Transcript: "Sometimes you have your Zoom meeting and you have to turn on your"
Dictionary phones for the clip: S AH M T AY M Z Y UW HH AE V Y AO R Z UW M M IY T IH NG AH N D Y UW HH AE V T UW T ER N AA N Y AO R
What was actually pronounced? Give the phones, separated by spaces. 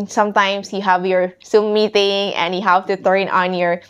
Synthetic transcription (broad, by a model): S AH M T AY M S Y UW HH AE V Y AO R S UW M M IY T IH NG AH N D Y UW HH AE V T UW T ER N AA N Y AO R